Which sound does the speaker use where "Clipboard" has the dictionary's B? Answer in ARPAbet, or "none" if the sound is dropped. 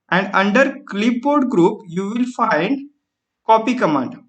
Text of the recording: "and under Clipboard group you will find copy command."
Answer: none